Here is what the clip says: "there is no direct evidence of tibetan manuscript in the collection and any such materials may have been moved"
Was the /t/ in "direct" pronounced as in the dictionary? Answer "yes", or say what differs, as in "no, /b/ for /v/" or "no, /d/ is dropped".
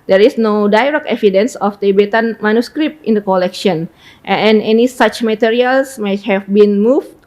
no, /t/ is dropped